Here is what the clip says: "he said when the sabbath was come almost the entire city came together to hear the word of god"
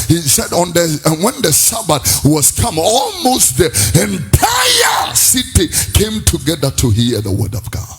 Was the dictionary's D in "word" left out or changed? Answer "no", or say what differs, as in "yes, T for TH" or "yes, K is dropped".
no